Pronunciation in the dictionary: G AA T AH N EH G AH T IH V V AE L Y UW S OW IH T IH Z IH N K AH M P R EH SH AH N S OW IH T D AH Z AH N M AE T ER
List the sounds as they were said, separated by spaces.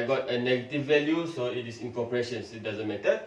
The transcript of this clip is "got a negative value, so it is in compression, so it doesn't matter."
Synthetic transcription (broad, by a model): G AA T AH N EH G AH T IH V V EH L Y UW S OW IH T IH S IH N K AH P R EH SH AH N S IH T D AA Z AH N M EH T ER